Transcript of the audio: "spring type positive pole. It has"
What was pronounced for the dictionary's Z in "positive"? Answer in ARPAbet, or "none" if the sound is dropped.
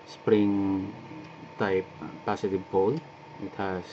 S